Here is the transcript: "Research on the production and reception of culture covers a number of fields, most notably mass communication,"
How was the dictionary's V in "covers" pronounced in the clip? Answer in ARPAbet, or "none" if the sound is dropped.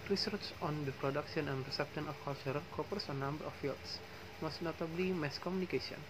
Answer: P